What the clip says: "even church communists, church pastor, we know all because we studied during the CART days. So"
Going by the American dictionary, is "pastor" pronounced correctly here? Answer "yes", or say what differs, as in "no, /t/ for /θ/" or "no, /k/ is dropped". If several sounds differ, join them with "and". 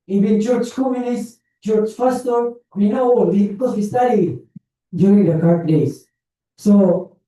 no, /f/ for /p/